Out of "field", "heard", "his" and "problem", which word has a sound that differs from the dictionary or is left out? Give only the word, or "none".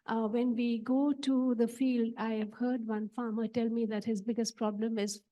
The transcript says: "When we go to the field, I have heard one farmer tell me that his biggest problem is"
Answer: none